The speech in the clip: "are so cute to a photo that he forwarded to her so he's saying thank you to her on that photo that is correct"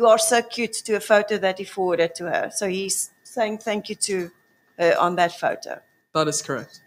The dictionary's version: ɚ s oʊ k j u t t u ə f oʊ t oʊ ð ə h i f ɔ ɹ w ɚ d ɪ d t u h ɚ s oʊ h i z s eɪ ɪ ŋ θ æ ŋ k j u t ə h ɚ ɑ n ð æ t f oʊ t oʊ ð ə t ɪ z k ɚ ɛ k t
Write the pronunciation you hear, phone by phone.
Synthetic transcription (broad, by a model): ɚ s oʊ k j u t t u ə f oʊ t oʊ ð ə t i f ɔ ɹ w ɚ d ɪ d t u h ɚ s oʊ h i z s eɪ ɪ ŋ θ æ ŋ k j u t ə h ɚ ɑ n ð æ t f oʊ t oʊ ð ə t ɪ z k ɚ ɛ k t